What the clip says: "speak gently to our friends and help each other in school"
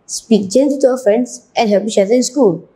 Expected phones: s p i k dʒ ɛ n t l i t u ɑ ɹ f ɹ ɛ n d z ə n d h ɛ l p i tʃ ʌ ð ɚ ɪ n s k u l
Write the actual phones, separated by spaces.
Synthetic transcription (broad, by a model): s p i k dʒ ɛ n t i t u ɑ f ɹ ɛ n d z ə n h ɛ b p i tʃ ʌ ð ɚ ɪ n s k u l